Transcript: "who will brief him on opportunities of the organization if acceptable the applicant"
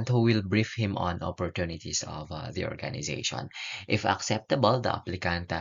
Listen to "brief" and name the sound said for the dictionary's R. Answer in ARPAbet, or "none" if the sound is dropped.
R